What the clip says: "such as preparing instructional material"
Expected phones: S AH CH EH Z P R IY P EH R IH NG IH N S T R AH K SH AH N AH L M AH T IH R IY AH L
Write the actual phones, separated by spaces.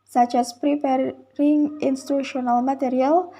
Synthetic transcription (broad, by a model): S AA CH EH S P R IY P EH R IH NG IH N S T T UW SH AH N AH L M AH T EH R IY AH L